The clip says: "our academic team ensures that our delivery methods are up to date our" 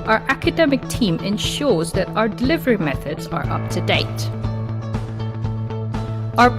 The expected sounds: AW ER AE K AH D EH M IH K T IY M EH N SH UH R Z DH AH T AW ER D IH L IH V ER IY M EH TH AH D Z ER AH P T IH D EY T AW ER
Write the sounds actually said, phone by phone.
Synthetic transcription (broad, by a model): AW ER AE K AH D EH M IH K T IY M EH N SH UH R Z DH AH T AW ER D IH L IH V ER IY M EH TH AH D Z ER AH P T IH D EY T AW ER